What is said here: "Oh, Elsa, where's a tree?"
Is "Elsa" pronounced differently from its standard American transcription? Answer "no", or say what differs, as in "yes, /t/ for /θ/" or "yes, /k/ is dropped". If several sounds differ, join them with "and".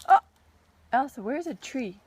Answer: no